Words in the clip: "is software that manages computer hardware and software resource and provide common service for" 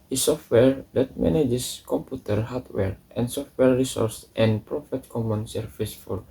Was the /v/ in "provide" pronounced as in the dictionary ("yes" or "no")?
no